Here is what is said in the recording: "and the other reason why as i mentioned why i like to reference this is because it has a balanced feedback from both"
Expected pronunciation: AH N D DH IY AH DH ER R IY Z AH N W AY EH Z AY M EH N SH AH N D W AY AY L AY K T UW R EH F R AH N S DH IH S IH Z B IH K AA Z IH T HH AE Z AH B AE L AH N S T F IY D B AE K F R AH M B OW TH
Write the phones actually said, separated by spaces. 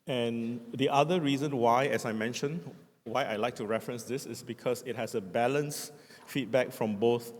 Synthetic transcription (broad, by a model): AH N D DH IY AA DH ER R IY Z AH N W AY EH S AY M EH N SH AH N W AY AY L AY K T UW R EH F R AH N S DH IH S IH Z B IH K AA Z IH T HH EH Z AH B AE L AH N S F IY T B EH K F R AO M B OW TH